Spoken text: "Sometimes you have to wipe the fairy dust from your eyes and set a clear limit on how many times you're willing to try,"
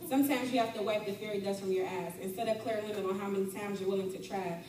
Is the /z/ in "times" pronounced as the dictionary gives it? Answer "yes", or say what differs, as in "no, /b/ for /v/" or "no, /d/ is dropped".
yes